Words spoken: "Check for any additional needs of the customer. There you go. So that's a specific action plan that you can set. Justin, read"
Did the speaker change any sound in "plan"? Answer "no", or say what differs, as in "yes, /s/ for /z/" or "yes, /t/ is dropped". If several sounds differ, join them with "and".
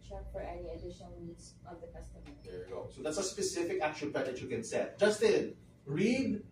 yes, /l/ is dropped